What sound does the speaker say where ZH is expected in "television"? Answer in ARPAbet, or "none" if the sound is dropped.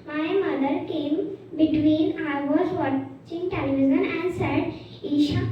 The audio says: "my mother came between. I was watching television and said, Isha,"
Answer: Z